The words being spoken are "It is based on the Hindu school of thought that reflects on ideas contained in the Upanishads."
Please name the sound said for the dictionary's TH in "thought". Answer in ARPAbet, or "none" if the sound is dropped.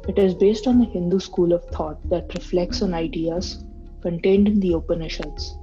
T